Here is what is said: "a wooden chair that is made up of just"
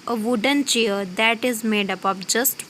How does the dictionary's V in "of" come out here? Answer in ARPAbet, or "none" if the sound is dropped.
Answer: P